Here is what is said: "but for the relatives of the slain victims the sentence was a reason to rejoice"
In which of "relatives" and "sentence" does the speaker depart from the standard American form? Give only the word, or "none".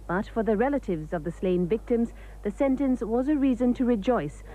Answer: none